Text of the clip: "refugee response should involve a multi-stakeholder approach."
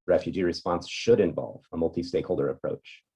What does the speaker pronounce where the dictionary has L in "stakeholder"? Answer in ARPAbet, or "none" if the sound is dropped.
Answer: L